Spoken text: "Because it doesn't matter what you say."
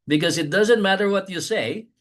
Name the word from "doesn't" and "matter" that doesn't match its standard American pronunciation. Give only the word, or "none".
none